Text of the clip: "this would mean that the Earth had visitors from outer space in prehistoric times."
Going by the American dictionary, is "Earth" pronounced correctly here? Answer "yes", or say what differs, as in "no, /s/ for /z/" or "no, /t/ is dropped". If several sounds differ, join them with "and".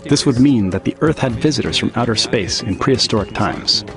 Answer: yes